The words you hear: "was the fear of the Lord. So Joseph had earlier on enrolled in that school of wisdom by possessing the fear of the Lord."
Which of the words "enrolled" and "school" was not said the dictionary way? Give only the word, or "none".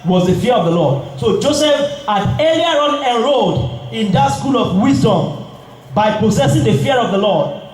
enrolled